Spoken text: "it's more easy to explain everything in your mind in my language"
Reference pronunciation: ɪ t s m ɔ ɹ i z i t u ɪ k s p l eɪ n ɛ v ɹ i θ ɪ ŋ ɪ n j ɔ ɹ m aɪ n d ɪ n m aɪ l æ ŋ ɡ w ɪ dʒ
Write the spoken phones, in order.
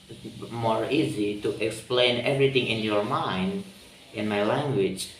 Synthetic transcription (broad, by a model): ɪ m ɔ ɹ i z i t u ɪ k s p l eɪ n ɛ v ɹ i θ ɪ ŋ ɪ n j ɔ ɹ m aɪ n d ɪ n m aɪ l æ ŋ ɡ w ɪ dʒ